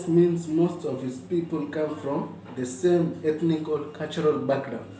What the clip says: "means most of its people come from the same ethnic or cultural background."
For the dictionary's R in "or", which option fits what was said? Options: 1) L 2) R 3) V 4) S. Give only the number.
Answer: 1